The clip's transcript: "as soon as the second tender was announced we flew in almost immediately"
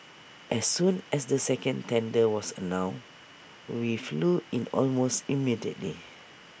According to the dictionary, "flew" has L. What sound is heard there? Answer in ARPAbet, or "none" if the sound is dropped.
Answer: L